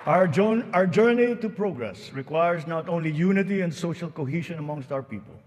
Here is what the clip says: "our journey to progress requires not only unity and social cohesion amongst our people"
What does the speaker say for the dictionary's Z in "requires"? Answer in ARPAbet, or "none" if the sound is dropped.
S